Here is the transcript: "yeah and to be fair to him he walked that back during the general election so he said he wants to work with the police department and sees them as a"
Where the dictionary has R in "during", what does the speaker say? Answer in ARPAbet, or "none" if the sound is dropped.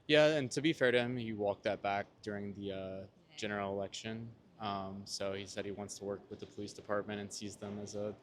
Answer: R